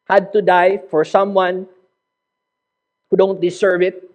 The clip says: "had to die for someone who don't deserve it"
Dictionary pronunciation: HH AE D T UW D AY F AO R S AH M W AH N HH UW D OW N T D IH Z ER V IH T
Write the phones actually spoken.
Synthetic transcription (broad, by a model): HH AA D T UW D AY F AO R S AH M W AH N HH UW D OW N T D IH S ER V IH T